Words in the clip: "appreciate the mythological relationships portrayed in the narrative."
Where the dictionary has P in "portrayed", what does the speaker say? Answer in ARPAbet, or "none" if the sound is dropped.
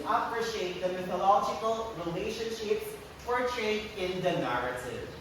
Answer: F